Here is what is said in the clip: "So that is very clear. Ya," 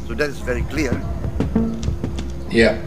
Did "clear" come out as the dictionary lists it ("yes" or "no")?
yes